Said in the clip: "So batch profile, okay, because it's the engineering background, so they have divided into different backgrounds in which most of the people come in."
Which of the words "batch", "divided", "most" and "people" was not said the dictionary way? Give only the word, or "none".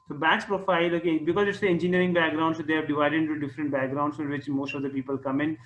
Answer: batch